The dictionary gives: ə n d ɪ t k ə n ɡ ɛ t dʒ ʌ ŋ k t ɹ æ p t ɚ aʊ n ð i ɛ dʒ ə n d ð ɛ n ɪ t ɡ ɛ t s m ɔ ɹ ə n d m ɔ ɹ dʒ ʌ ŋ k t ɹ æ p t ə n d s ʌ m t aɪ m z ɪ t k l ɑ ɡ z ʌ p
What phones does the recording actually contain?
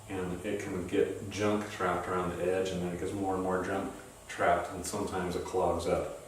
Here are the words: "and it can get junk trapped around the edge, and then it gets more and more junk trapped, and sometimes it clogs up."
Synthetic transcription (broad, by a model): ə n ɪ t k ə n ɡ ɛ t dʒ ʌ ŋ k t ɹ æ p t ɚ aʊ n ð i ɛ dʒ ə n ð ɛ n ɪ t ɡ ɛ t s m ɔ ɹ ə n m ɔ ɹ dʒ ʌ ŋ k t ɹ æ p t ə n s ʌ m t aɪ m z ɪ t k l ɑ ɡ z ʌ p